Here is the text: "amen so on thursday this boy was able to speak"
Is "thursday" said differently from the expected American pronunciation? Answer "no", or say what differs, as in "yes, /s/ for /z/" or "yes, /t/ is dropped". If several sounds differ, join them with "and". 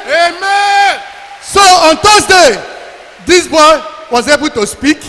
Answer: yes, /t/ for /θ/